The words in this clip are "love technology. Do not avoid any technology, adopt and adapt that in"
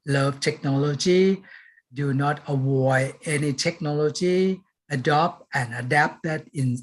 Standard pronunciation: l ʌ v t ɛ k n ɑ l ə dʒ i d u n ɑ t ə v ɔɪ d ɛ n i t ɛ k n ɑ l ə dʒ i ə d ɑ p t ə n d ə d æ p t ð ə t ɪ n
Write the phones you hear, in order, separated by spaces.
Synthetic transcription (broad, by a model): l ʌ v t ɛ k n ɑ l ə dʒ i d u n ɑ t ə w ɔɪ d ɛ n i t ɛ k n ɑ l ə dʒ i ə d ɑ p t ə n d ə d æ p t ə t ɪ n